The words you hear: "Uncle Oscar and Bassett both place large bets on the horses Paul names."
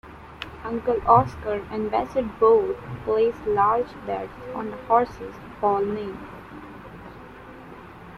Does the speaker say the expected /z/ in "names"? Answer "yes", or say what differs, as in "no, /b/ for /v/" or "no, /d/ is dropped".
no, /z/ is dropped